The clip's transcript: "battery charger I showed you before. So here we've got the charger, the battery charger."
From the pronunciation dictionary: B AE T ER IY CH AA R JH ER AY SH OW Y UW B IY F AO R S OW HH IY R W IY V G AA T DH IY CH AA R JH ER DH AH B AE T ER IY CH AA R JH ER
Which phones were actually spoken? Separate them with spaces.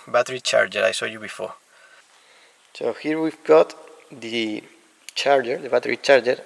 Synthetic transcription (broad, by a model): B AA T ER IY CH AA R JH ER AY S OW Y UW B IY F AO R S OW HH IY R W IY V G AA T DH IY CH AA R JH ER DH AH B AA T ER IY CH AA R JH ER